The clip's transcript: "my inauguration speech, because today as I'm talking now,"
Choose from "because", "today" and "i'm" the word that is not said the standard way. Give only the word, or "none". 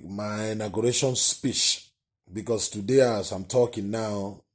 because